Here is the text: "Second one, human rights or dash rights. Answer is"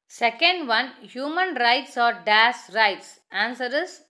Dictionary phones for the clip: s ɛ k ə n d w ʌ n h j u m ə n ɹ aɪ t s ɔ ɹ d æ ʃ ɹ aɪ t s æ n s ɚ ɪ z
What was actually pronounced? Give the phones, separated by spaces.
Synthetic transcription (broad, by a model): s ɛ k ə n d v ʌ n h j u m ə n ɹ aɪ t s ɔ ɹ d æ s ɹ aɪ t s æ n s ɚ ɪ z